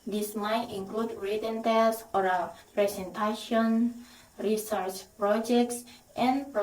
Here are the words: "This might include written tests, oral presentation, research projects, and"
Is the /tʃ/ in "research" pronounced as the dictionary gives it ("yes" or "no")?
yes